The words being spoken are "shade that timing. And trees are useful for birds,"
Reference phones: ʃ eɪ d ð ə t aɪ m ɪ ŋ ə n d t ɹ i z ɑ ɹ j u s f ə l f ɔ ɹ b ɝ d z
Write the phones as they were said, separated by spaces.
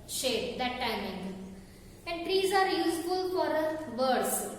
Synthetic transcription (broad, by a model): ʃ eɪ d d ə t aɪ m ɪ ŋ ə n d t ɹ i z ɑ ɹ j u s f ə l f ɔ ɹ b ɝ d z